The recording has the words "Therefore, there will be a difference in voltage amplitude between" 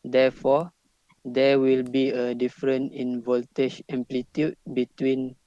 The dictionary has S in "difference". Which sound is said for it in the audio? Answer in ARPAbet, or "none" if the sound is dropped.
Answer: none